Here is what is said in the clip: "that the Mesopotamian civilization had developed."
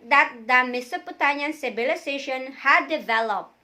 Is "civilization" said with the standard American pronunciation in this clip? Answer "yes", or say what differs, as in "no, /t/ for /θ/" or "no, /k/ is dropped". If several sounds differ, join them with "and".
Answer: no, /s/ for /z/